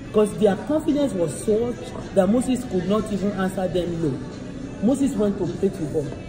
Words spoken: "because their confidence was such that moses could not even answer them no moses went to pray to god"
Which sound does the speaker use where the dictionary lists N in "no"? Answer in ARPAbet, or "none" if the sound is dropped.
L